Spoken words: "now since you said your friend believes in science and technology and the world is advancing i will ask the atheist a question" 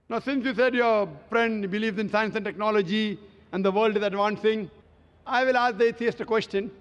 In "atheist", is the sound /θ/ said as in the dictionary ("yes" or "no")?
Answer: no